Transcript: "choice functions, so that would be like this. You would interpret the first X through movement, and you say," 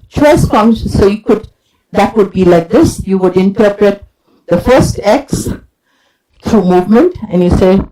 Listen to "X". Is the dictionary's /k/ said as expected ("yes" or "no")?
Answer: yes